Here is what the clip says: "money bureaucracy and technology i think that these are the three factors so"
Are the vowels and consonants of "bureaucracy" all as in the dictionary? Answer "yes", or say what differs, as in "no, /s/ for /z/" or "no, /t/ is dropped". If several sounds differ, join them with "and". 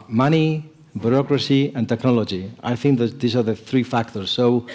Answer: yes